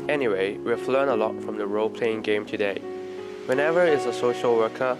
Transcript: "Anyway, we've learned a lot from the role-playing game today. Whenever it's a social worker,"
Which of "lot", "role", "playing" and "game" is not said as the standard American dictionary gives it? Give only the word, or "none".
none